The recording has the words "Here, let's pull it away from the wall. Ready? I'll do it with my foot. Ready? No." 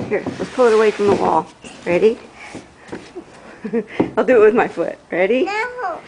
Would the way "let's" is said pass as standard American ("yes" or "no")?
no